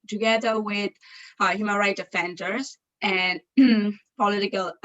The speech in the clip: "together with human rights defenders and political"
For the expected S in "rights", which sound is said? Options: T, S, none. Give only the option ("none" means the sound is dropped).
none